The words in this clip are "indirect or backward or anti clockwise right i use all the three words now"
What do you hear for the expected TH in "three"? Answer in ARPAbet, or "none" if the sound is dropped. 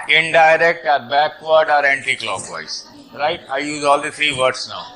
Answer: T